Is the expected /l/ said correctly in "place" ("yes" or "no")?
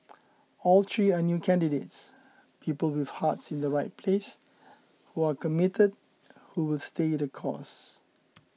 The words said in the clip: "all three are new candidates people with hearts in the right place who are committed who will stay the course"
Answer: yes